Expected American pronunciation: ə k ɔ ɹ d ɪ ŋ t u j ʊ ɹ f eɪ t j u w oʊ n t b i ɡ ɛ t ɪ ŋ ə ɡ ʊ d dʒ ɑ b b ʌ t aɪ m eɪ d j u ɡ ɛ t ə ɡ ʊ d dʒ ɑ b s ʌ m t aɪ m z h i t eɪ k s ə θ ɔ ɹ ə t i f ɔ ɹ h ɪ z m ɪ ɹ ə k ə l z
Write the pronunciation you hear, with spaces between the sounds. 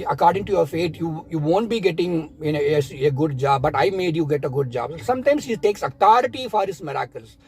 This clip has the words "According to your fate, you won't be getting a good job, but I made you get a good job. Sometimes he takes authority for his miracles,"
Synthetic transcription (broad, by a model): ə k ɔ ɹ d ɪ ŋ t u j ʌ ɹ f eɪ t j u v oʊ n t b i ɡ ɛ t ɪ ŋ ə ɡ ʊ d dʒ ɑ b b ʌ t aɪ m eɪ d j u ɡ ɛ t ə ɡ ʊ d dʒ ɑ b s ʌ m t aɪ m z h i t eɪ k s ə t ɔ ɹ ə t i f ɔ ɹ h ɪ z m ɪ ɹ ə k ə l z